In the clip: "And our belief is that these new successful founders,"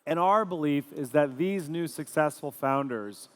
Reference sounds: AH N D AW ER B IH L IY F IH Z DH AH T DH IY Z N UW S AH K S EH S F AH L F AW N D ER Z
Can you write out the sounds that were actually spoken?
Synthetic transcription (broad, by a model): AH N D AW ER B IH L IY F IH Z DH AH T DH IY Z N UW S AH K S EH S F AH L F AW N D ER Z